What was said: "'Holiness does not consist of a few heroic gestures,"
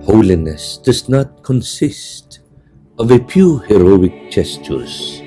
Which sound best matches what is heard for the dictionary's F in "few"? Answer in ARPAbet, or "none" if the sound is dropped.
P